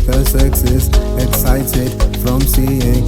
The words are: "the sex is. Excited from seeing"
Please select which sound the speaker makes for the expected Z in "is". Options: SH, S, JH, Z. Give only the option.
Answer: S